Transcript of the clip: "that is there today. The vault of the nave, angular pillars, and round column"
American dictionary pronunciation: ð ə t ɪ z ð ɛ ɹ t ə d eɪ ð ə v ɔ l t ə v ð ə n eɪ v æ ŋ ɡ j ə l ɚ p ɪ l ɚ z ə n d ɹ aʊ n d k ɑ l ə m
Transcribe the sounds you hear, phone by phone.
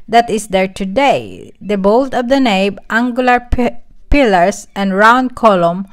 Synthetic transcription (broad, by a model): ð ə t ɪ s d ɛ ɹ t ə d eɪ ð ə b ɔ l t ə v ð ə n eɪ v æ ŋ ɡ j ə l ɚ p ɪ l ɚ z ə n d ɹ aʊ n d k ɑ l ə m